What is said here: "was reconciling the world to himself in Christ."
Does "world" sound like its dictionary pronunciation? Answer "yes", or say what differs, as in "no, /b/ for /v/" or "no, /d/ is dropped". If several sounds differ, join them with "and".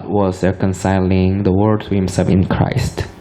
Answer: no, /l/ is dropped